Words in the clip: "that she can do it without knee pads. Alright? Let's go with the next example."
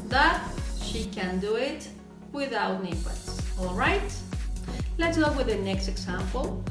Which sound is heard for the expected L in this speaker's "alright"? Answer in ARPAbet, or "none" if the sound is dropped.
L